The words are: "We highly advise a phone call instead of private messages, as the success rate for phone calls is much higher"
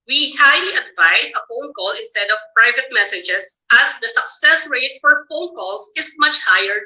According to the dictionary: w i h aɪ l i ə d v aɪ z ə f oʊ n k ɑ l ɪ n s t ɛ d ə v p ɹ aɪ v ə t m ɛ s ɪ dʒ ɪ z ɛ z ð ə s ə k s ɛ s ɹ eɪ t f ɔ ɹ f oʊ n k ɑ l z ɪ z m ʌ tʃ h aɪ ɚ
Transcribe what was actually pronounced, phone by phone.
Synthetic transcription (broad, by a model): w i h aɪ l i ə d v aɪ s ə f oʊ n k ɑ l ɪ n s t ɛ d ə v p ɹ aɪ v ə t m ɛ s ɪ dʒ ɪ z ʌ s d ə s ə k s ɛ s ɹ eɪ t f ɔ ɹ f oʊ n k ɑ l s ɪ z m ʌ tʃ h aɪ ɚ